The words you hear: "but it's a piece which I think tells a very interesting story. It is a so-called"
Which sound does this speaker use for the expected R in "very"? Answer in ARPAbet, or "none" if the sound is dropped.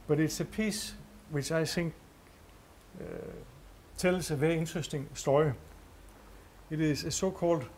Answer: none